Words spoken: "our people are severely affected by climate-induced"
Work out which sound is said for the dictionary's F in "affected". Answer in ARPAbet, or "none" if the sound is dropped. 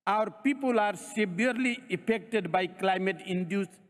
P